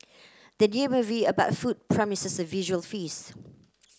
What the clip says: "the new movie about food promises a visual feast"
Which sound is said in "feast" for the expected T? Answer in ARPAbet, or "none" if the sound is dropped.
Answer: none